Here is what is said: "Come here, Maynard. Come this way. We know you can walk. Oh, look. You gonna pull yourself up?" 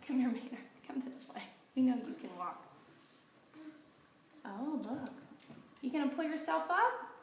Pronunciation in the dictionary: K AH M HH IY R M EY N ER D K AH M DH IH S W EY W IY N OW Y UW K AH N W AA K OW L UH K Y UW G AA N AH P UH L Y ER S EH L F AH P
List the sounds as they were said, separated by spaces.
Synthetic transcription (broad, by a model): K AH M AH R M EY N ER K AH M DH IH S W EY W IY N OW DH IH K AH N W AA K OW L UH K Y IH G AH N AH P UH L Y ER S EH L F AH P